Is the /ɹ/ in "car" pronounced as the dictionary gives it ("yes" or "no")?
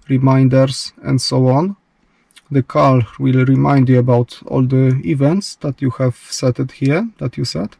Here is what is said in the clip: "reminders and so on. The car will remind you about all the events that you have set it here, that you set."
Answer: no